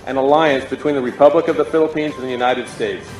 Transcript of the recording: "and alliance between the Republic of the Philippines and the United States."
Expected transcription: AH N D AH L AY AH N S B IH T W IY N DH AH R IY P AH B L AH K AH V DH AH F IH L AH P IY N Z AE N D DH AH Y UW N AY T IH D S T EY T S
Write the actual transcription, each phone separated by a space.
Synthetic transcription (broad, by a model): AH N AH L AY AH N S B IH T W IY N DH AH R IY P AH B L AH K AH V DH AH F IH L AH P IY N Z N DH AH Y UW N AY T IH D S T EY T S